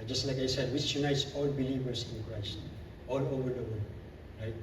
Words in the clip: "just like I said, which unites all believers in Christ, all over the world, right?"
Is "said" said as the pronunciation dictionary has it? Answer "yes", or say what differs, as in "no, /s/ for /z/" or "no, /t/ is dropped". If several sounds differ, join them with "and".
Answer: yes